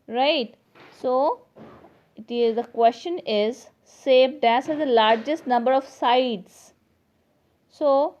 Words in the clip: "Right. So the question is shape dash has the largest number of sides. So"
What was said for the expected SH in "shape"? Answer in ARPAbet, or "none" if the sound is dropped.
S